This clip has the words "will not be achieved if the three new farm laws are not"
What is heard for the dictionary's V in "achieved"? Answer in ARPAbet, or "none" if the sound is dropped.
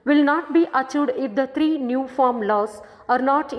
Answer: none